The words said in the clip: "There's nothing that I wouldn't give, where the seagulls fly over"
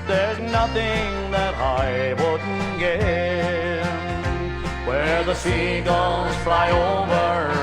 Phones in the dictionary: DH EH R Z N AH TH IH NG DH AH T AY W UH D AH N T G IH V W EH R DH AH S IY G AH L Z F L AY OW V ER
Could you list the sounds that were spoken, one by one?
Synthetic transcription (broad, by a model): DH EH R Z N AH TH IH NG DH AH T AY W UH D N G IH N W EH R DH AH S IY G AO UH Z F L AY OW V ER